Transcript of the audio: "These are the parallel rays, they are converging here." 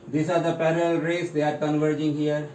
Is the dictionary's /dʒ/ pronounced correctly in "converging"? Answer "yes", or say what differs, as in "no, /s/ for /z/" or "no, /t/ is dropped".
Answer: yes